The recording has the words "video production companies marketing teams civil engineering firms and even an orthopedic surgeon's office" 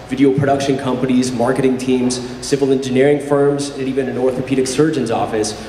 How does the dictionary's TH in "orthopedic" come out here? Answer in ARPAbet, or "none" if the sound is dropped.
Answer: TH